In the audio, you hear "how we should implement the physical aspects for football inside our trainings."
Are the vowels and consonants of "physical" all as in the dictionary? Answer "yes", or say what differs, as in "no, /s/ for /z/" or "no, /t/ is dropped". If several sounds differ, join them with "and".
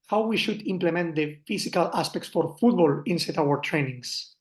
no, /s/ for /z/